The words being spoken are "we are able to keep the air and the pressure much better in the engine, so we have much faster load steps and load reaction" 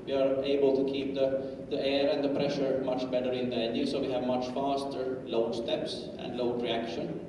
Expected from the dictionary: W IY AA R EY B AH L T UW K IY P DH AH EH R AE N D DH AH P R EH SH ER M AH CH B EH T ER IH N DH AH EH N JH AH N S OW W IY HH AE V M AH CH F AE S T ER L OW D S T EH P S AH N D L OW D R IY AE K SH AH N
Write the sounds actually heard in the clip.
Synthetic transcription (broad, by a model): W IY AA R EY B AH L T UW K IY P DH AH EH R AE N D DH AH P R EH SH ER M AH CH B EH T ER IH N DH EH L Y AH S OW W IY HH AE V M AH CH F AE S T ER L OW D S T EH P S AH N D L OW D R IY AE K SH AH N